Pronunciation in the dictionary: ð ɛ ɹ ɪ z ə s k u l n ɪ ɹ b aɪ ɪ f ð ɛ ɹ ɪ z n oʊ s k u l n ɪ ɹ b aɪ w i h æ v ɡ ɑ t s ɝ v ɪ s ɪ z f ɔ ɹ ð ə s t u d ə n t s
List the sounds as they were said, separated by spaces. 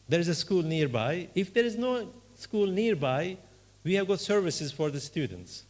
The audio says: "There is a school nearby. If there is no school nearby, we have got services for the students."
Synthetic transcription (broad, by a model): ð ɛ ɹ ɪ z ə s k u l n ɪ ɹ b aɪ ɪ f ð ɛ ɹ ɪ z n oʊ s k u l n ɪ ɹ b aɪ w i h æ v ɡ ɑ t s ɝ v ɪ s ɪ z f ɔ ɹ ð ə s t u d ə n t s